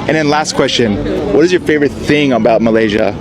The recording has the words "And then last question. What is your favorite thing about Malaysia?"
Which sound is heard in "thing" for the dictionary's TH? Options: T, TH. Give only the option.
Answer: TH